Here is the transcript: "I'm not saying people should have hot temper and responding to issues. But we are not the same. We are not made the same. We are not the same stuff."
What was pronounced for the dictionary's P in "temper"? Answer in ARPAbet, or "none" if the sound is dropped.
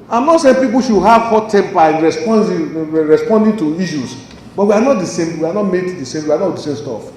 B